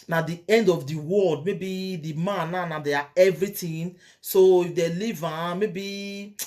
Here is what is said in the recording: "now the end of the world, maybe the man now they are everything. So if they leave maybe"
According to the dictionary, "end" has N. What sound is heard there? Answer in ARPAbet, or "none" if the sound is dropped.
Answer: N